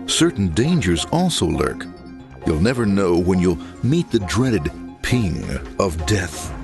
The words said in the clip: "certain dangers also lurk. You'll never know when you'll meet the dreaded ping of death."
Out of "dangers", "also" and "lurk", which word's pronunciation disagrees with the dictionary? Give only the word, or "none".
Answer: none